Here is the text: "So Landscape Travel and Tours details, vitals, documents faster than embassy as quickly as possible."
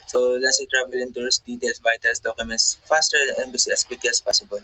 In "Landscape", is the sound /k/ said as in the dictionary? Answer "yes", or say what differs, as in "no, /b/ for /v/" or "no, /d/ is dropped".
no, /k/ is dropped